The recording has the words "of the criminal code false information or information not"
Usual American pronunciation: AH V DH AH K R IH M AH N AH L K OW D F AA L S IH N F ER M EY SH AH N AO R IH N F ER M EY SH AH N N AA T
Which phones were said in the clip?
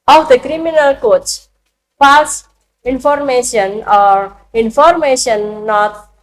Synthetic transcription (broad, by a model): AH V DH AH K R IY M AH N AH L K OW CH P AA S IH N F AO M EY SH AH N AO R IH N F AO M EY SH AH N N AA T